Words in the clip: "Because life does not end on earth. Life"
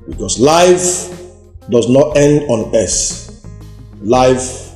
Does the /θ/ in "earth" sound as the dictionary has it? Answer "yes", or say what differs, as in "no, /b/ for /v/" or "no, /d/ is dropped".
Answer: no, /s/ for /θ/